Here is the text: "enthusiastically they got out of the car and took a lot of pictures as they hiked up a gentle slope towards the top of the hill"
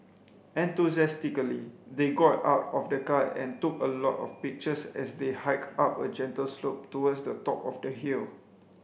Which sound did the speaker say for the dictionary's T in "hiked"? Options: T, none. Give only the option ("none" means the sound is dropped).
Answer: none